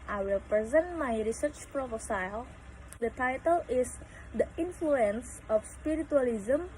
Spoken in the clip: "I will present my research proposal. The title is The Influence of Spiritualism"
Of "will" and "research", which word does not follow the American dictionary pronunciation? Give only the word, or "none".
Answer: none